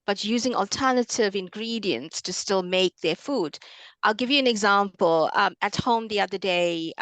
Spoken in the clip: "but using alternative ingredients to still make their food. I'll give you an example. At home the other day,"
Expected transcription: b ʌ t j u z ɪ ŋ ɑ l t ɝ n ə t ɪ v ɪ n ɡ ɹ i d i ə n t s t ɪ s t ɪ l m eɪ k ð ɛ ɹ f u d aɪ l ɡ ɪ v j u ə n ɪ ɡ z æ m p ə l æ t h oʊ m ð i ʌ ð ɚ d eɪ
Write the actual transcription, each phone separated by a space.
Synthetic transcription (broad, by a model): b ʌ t j u z ɪ ŋ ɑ l t ɝ n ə t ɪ v ɪ n ɡ ɹ i d i ə n t s t ɪ s t ɪ l m eɪ k ð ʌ ɹ f u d aɪ l ɡ ɪ v j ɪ ə n ɪ ɡ z æ m p ə l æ t h oʊ m ð i ʌ ð ɚ d eɪ